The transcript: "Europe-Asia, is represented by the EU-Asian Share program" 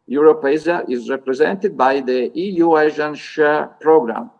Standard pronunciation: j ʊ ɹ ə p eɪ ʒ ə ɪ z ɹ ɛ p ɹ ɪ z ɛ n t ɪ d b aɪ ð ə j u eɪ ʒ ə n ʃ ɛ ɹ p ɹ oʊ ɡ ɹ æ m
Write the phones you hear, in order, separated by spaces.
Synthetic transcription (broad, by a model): j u ɹ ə p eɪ z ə ɪ z ɹ ɛ p ɹ ɪ z ɛ n t ɪ d b aɪ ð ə j u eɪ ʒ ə n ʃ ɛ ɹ p ɹ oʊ ɡ ɹ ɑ m